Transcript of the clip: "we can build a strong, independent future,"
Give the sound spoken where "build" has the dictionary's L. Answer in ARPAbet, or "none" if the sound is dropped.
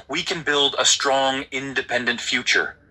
L